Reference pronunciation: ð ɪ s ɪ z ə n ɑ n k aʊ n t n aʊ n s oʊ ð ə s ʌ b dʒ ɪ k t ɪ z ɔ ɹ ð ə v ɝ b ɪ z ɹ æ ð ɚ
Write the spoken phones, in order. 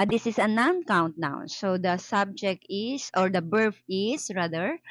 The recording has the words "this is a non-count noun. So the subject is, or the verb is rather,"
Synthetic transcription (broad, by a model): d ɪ s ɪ s ə n ɑ n k aʊ n t n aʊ s oʊ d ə s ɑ b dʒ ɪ k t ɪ s ɔ ɹ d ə b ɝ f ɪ s ɹ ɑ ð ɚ